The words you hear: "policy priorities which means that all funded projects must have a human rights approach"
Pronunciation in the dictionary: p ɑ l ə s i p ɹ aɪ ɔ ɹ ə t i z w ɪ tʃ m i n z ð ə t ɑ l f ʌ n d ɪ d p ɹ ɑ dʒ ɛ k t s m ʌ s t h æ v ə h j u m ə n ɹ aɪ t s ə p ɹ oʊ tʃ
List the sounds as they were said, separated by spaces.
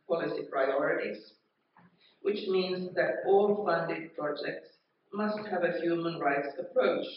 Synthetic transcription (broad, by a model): p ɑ l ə s i p ɹ aɪ ɔ ɹ ə t i z w ɪ tʃ m i n z ð ə t ɑ l f ʌ n d ɪ d p ɹ ɑ dʒ ɛ k t s m ʌ s t h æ v ə h j u m ə n ɹ aɪ t s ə p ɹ oʊ tʃ